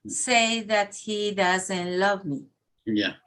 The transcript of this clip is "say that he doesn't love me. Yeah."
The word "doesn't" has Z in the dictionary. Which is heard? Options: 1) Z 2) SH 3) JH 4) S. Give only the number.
1